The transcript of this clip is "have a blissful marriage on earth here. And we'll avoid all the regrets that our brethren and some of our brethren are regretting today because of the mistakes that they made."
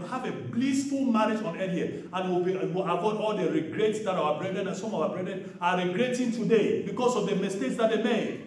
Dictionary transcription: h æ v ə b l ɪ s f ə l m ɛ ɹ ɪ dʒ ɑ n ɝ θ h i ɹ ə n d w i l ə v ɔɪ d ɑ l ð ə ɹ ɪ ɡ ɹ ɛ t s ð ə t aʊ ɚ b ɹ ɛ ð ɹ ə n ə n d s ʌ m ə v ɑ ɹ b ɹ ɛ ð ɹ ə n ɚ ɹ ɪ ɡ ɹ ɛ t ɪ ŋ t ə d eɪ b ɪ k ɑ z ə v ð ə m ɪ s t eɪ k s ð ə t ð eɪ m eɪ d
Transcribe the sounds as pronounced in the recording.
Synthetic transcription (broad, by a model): h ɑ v ə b l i s f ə l m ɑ ɹ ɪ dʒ ɑ n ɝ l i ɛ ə n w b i w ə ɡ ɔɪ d ɑ l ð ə ɹ ɪ ɡ ɹ ɛ t s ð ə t aʊ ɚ b ɹ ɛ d ɹ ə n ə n s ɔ m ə w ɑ b ɹ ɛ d ɹ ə n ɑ ɹ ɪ ɡ ɹ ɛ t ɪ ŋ t ə d eɪ b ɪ k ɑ s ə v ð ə m ɪ s t eɪ k s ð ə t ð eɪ m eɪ